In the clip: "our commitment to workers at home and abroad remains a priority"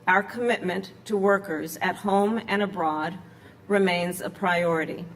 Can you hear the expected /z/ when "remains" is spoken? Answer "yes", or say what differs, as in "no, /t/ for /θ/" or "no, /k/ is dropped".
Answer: yes